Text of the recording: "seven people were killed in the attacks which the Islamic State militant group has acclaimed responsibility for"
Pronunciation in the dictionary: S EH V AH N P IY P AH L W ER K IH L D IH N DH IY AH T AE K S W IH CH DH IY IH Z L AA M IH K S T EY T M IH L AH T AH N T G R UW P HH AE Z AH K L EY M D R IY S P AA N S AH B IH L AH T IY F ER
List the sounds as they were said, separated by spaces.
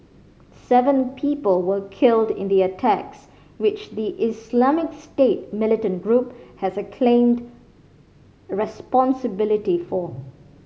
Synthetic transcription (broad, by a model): S EH V AH N P IY P AH L W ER K IH L D IH N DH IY AH T AE K S W IH CH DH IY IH S L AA M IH K S T EY T M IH L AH T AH N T G R UW P HH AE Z AH K L EY M D R IY S P AA N S AH B IH L AH T IY F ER